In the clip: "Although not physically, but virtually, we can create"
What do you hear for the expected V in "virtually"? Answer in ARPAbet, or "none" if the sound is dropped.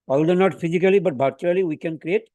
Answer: B